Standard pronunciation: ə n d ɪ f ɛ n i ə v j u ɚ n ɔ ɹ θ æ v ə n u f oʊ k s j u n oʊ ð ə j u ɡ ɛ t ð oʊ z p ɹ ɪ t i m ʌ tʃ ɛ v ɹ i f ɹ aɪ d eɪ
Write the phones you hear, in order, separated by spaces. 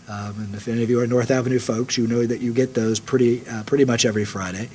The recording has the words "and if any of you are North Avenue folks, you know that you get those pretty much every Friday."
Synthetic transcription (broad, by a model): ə n ɪ f ɛ n i ə v j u ɚ n ɔ ɹ θ æ v ə n u f oʊ k s j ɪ n oʊ ð ə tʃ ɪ ɡ ɛ t ð oʊ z p ɹ ɪ t i m ʌ tʃ ɛ v ɹ i f ɹ aɪ d eɪ